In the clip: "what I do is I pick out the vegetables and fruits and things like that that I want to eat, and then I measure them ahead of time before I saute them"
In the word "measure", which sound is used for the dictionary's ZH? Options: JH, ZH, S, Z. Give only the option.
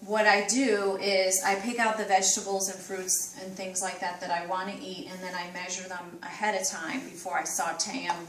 ZH